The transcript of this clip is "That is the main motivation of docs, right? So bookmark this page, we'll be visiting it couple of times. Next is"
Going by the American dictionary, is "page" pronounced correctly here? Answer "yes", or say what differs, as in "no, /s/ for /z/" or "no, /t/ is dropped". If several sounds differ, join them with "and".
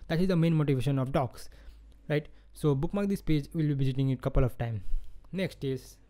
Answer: yes